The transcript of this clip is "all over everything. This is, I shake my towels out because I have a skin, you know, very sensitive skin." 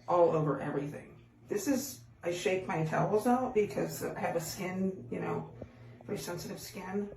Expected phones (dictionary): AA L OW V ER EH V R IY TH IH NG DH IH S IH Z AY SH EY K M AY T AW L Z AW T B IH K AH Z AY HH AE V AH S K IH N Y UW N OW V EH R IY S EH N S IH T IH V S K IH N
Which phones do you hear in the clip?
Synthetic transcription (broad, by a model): AA L OW V ER EH V R IY TH IH NG DH IH S IH Z AY SH EY K M AY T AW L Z AW T B IH K AH Z AY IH V AH S K IH N Y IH N OW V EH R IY S EH N S IH T IH V S K IH N